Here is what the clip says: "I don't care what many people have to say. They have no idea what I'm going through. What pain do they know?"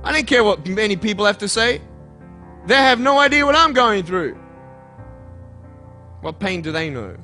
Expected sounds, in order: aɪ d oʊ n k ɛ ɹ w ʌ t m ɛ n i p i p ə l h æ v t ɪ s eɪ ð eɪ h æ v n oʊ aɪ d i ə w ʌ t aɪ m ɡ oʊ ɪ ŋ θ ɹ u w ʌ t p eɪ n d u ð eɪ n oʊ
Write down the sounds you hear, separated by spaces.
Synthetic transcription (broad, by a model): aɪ d oʊ n k ɛ ɹ w ʌ t m ɛ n i p i p l h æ f t ɪ s eɪ ð eɪ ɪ v n oʊ aɪ d i ə w ʌ t aɪ m ɡ oʊ ɪ ŋ θ ɹ u w ʌ t p eɪ n d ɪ ð eɪ n oʊ